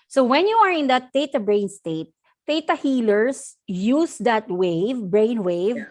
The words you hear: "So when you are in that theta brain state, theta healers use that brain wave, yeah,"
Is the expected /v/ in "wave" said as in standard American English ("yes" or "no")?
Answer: yes